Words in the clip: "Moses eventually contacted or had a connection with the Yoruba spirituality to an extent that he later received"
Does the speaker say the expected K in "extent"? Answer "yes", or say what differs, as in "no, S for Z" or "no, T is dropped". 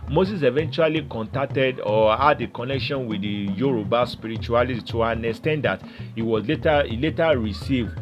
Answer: no, K is dropped